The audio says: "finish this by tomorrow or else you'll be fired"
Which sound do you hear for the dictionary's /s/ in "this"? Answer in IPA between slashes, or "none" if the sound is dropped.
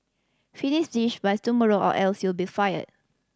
/ʃ/